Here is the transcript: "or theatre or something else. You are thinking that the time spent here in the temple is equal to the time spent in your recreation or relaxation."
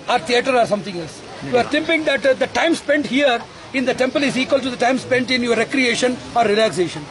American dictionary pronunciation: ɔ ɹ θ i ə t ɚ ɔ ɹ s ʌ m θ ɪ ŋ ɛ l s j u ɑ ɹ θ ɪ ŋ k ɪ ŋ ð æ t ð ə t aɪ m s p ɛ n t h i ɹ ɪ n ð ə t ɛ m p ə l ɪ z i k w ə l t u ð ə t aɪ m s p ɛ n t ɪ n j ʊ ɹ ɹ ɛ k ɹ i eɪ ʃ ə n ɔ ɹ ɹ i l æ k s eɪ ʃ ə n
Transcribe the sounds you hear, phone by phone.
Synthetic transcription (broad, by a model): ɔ ɹ t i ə t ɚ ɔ ɹ s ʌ m t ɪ ŋ ɛ l s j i ɑ ɹ t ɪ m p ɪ ŋ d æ t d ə t aɪ m s p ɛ n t h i ɹ ɪ n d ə t ɛ m p ə l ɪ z i k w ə l t u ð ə t aɪ m s p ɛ n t ɪ n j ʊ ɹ ɹ ɛ k ɹ i eɪ ʃ ə n ɔ ɹ ɹ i l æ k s eɪ ʃ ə n